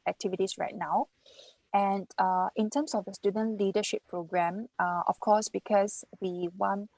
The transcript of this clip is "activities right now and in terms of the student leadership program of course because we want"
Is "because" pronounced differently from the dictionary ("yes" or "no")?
yes